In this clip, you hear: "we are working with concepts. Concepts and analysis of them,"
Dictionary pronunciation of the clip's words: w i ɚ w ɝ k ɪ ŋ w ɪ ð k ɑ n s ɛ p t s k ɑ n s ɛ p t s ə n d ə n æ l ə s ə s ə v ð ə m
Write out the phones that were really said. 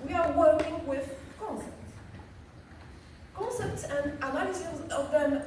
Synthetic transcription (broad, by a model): w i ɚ w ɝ k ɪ ŋ w ɪ ð k ɑ n s ɛ p t s k ɑ n s ɛ p t s ə n d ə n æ ə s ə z ə v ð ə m